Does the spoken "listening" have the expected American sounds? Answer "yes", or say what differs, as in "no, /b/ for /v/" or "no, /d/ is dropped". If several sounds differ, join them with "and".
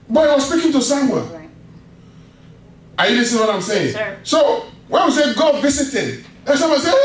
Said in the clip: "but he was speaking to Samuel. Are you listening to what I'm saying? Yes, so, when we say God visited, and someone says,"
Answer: no, /n/ is dropped